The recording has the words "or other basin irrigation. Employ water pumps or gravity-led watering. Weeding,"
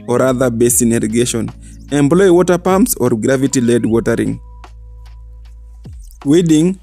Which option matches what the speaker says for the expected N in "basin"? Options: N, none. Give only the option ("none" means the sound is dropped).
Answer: N